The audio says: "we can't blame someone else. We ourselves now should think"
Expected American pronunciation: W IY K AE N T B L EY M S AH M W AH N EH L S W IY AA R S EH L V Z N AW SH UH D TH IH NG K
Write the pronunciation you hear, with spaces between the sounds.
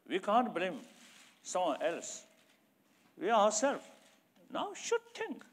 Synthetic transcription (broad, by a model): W IY K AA N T B L EY M S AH M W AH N EH L S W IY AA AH S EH L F N AW SH UH D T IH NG K